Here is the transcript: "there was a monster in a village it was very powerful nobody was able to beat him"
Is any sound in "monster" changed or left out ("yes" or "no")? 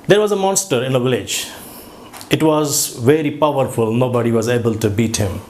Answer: no